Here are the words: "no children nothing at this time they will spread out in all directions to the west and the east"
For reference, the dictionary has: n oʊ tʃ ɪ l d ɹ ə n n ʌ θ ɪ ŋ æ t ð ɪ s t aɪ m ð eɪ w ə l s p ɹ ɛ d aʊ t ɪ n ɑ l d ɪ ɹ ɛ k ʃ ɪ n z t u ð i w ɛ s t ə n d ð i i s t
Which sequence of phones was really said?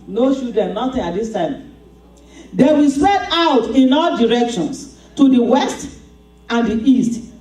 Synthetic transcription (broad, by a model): n oʊ ʃ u d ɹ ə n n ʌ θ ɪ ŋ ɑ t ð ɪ s t aɪ m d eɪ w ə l s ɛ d aʊ t ɪ n ɑ l d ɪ ɹ ɛ k ʃ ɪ n s t u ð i w ɛ s t ə n d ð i i s t